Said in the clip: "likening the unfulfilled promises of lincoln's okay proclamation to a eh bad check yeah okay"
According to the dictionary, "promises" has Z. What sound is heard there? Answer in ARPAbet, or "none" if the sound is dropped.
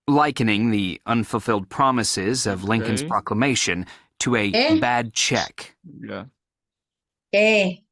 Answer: Z